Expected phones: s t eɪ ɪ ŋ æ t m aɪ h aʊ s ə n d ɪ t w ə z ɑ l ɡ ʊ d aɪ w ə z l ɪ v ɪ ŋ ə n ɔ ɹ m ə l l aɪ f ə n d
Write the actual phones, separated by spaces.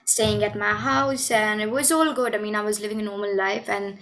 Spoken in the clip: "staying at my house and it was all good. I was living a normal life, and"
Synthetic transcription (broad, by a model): s t eɪ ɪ ŋ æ t m aɪ h aʊ s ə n ɪ t w ə z ɑ l ɡ ʊ d aɪ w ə z l ɪ v ɪ ŋ ə n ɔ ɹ m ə n l aɪ f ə n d